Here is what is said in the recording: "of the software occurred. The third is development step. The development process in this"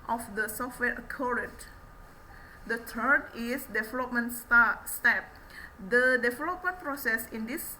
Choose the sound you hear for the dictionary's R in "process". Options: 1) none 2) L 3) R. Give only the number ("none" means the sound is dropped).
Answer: 3